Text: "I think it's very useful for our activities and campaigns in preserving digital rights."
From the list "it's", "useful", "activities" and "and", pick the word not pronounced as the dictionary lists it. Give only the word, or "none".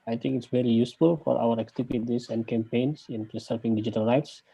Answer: activities